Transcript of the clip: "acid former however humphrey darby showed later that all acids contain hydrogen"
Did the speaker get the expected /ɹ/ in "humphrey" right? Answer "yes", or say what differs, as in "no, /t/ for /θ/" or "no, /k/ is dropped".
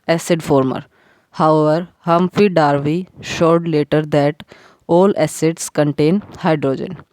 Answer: no, /ɹ/ is dropped